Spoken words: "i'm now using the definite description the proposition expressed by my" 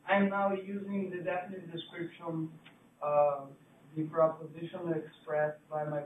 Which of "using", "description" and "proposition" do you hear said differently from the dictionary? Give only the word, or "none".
none